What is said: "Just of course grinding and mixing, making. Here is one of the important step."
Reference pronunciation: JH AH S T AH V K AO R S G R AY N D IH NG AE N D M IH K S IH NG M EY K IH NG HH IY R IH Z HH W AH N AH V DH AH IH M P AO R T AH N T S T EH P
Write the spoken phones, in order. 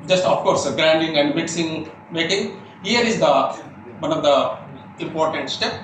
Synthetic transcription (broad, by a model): JH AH S T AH F K AO R S G R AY N D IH NG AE N D M IH K S IH NG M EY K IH NG HH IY R IH Z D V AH N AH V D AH IH M P AO R T AH N T S T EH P